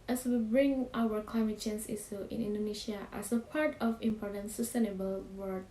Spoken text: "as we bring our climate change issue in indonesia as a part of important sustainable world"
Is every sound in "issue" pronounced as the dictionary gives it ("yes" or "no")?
no